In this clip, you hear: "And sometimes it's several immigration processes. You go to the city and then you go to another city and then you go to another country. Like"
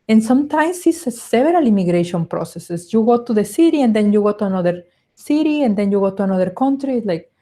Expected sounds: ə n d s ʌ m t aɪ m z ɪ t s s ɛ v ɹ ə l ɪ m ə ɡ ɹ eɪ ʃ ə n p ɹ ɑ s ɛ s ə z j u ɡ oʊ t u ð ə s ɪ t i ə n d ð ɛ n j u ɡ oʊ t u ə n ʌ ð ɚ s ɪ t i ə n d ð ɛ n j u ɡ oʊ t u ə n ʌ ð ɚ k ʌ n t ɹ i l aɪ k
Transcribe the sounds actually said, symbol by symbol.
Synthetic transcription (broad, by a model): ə n s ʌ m t aɪ m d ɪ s s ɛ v ɹ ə l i m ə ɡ ɹ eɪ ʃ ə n p ɹ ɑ s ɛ s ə s j u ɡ oʊ t u ð ə s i t i ə n d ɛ n j u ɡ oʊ t u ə n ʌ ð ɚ s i t i ə n d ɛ n j u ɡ oʊ t u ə n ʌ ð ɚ k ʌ n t ɹ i l aɪ k